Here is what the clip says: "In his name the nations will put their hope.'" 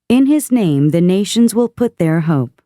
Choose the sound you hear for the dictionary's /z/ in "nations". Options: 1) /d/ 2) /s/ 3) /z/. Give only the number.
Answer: 3